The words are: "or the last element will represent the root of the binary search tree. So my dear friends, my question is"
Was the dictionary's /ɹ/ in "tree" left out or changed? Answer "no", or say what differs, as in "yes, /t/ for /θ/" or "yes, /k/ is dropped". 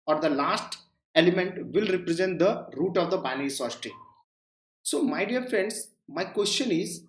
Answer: yes, /ɹ/ is dropped